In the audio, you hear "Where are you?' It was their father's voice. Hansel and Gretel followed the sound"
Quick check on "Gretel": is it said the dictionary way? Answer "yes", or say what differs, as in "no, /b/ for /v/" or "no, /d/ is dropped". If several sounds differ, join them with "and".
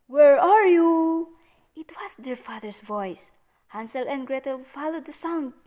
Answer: yes